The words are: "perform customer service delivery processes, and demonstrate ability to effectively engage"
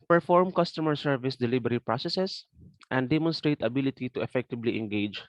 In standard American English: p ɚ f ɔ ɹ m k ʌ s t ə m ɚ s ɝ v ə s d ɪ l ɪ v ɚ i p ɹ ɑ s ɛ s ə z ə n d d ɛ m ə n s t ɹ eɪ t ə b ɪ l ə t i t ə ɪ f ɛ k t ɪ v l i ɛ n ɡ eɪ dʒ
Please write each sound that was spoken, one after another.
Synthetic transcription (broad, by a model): p ɚ f ɔ ɹ m k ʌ s t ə m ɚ s ɝ v ə s d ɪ l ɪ b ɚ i p ɹ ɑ s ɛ s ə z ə n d d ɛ m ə n s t ɹ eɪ t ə b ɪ l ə t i t ə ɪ f ɛ k t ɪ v l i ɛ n ɡ eɪ dʒ